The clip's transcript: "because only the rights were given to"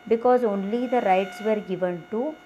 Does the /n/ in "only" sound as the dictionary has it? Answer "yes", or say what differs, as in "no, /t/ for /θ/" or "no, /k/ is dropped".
yes